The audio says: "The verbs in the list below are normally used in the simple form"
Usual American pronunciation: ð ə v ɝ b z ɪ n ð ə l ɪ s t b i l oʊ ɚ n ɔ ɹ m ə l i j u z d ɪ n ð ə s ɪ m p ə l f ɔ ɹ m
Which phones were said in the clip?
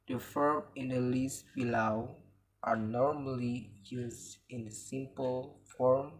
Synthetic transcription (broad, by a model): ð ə f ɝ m ɪ n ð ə l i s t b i l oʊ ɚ n ɔ ɹ m ə l i j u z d ɪ n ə s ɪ m p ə l f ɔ ɹ m